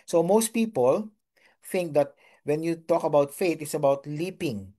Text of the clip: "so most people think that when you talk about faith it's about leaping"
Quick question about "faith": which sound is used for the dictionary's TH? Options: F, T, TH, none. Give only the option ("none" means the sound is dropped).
T